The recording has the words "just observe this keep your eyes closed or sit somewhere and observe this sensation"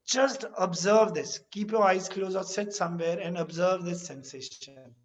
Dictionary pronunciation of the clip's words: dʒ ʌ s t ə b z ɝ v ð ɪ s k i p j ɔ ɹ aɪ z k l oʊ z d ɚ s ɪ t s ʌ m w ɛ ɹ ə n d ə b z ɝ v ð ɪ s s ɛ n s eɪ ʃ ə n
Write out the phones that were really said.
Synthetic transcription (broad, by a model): dʒ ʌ s t ə b z ɝ v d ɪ s k i p j ɔ ɹ aɪ z k l oʊ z ɚ s ɪ t s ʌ m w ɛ ɹ ə n d ə b z ɝ v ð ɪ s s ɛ n s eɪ ʃ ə n